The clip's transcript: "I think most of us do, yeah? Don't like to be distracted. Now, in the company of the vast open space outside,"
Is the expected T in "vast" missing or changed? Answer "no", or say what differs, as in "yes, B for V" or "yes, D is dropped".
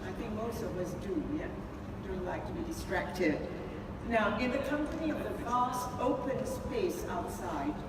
no